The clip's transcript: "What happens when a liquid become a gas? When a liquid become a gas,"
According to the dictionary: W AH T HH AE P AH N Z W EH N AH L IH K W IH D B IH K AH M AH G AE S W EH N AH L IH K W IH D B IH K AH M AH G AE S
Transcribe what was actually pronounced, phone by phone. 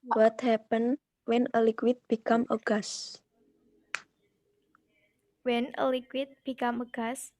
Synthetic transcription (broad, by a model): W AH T HH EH P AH N W EH N AH L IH K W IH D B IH K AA M AH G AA S W EH N AH L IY K W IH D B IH K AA M AH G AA S